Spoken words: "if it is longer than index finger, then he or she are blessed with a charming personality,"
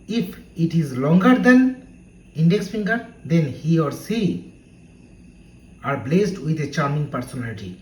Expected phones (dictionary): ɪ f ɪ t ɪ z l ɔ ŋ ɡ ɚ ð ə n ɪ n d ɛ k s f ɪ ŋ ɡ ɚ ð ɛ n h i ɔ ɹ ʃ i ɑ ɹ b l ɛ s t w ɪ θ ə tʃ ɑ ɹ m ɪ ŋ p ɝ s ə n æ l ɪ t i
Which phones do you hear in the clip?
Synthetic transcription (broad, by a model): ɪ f ɪ t ɪ z l ɔ ŋ ɡ ɚ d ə n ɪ n d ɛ k s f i ŋ ɡ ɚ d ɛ n h i ɔ ɹ s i ɑ ɹ b l ɛ s t w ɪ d ə tʃ ɑ ɹ m ɪ ŋ p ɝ s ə n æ l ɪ t i